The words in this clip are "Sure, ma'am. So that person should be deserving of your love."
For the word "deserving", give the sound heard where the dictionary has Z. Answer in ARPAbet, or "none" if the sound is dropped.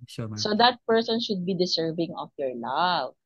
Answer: S